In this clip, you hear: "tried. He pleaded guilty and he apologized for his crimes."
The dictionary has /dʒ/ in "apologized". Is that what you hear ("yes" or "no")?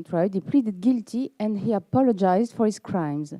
yes